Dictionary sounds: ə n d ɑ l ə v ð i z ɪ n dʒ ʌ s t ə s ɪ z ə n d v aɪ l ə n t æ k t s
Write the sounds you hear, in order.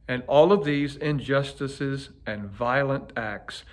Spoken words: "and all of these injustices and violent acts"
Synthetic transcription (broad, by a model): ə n ɑ l ə v ð i z ɪ n dʒ ʌ s t ə s ɪ z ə n v aɪ l ə n t æ k t s